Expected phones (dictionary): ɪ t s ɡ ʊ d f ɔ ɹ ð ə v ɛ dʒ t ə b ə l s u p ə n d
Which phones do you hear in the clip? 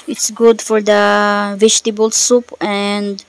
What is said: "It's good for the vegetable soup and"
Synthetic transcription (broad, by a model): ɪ t s ɡ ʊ d f ɔ ɹ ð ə v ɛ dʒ t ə b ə l s u p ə n d